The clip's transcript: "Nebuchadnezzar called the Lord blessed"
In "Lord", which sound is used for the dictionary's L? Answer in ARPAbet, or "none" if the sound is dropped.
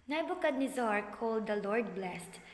L